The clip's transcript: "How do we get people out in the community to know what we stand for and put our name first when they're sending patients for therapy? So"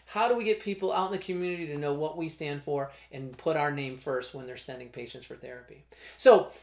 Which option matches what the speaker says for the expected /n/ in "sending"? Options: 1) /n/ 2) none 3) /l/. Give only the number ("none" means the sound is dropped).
1